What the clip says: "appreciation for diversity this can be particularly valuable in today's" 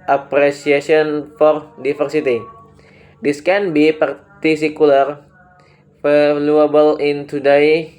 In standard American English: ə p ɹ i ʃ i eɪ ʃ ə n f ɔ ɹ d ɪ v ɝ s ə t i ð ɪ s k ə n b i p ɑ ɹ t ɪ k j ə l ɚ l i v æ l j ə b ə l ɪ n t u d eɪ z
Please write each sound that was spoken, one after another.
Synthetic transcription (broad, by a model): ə p ɹ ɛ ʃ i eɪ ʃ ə n f ɔ ɹ d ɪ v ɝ s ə t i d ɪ s k ə n b i p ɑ ɹ t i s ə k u l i f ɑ l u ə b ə l ɪ n t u d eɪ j